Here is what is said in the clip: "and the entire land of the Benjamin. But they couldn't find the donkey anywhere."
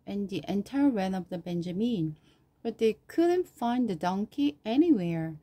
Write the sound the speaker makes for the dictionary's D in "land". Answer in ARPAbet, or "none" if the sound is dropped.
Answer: none